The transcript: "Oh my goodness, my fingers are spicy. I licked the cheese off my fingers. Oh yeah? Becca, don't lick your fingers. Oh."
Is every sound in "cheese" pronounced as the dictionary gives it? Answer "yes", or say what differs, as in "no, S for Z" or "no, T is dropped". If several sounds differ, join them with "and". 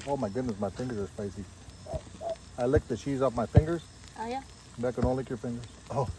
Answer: yes